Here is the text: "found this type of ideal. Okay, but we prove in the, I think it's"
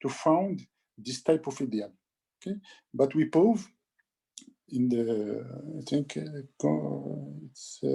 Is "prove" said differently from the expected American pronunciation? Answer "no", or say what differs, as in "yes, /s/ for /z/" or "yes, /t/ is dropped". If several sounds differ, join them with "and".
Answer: yes, /ɹ/ is dropped